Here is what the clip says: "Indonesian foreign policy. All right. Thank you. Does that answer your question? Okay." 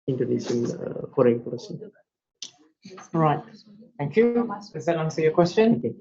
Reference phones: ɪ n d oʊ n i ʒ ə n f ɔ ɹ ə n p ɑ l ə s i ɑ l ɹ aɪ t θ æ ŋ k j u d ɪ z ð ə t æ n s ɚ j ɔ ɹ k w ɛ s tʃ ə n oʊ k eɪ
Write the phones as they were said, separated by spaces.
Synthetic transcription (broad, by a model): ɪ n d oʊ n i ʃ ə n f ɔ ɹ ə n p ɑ ə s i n ɹ aɪ t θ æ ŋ k j u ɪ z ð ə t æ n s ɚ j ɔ k w ɛ s tʃ ə n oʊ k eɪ